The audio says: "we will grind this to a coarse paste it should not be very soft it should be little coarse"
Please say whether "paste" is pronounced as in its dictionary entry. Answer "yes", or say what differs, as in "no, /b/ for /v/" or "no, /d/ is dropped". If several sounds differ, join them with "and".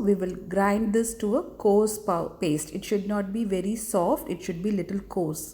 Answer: yes